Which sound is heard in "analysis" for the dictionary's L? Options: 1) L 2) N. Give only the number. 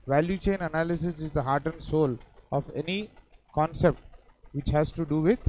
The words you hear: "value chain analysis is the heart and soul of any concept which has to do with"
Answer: 1